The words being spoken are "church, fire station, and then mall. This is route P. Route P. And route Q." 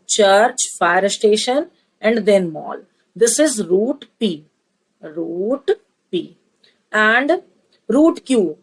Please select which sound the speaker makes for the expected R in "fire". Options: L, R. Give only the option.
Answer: R